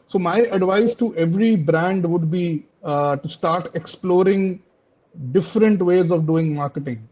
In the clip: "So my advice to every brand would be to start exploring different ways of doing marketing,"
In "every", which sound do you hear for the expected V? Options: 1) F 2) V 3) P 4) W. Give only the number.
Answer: 2